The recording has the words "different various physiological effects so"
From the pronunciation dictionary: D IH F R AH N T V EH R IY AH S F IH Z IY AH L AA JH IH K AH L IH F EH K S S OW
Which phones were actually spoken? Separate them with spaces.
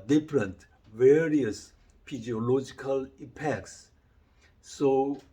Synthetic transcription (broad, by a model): D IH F R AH N T V EH R IY AH S P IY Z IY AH L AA JH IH K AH L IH P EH K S S OW